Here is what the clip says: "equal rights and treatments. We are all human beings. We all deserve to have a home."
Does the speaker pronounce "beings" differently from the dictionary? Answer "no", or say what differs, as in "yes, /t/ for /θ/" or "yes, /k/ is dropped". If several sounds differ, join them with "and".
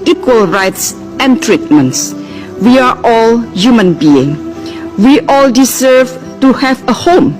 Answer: yes, /z/ is dropped